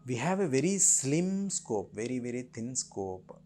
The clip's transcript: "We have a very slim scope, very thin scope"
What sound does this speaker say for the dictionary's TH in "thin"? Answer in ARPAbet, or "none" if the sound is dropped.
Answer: T